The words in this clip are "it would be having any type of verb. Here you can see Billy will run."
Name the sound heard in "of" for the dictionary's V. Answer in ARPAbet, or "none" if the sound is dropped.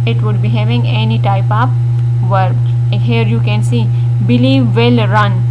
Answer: P